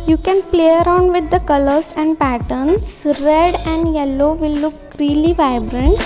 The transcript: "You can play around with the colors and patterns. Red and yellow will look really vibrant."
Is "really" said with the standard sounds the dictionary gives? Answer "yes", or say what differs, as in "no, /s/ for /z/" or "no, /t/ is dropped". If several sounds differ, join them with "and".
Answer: yes